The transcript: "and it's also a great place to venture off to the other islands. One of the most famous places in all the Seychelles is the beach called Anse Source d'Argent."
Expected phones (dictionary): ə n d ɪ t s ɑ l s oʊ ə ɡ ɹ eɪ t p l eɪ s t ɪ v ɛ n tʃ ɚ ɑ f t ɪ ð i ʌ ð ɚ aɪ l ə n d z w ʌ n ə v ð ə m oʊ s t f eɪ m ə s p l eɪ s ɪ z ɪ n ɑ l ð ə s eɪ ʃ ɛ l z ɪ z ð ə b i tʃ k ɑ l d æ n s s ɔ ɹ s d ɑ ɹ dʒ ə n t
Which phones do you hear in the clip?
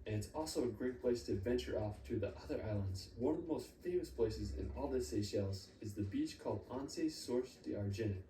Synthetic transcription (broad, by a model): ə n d ɪ t s ɑ l s oʊ ə ɡ ɹ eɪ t p l eɪ s t ɪ v ɛ n tʃ ɚ ɑ f t ɪ ð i ʌ ð ɚ aɪ l ə n d z w ʌ n ə v ð ə m oʊ s t f eɪ m ə s p l eɪ s ɪ z ɪ n ɑ l ð ə s eɪ ʃ ɛ l z ɪ z ð ə b i tʃ k ɑ l d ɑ n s s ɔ ɹ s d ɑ ɹ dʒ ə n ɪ